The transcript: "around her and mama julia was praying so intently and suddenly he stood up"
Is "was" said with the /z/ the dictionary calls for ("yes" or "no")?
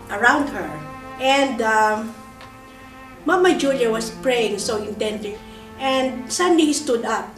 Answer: no